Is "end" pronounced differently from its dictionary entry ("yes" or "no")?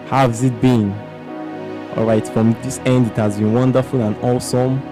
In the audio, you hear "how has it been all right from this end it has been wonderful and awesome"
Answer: no